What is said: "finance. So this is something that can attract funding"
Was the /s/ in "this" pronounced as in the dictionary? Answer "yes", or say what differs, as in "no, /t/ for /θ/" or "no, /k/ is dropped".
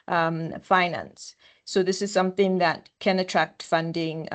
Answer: yes